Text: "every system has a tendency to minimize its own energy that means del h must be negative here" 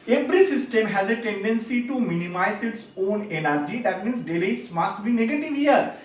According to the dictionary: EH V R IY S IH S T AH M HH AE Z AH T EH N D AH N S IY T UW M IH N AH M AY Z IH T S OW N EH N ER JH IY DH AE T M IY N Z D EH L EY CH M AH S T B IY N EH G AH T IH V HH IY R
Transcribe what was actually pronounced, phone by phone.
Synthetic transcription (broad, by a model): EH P R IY S IH S T AH M HH AE Z AH T EH N D AH N S IY T UW M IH N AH M AY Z IH T S OW N EH N ER JH IY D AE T M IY N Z D EH L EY S M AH S T B IY N EH G AH T IH V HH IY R